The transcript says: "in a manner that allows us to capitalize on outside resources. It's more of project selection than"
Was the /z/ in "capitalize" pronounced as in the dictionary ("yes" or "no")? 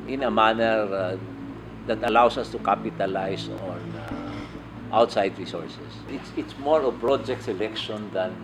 no